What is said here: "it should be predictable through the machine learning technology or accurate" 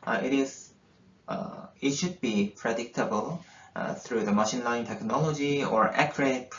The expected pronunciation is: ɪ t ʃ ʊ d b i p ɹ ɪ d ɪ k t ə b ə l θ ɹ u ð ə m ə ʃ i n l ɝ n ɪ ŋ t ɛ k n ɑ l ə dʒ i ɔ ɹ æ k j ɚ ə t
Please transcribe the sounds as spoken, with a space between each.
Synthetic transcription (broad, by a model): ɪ t ʃ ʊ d b i p ɹ ɪ d ɪ k t ə b ə l θ ɹ u ð ə m ə ʃ i n l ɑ ɪ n t ɛ k n ɑ l ə dʒ i ɔ ɹ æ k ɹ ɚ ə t